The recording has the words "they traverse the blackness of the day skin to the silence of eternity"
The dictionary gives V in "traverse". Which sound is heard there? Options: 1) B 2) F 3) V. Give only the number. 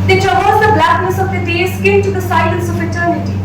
1